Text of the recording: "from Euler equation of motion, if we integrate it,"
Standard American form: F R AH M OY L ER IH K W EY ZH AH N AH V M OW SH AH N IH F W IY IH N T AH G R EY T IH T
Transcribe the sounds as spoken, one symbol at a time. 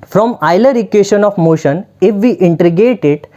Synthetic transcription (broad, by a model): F R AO M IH L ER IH K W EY SH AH N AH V M OW SH AH N IH F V IY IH N T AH G EY T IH T